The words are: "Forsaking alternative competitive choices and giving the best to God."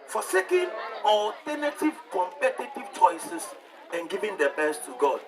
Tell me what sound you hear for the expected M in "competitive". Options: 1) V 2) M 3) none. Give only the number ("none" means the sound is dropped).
2